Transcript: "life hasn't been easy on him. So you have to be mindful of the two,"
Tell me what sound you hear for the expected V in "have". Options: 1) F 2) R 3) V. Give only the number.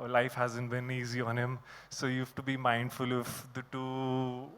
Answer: 1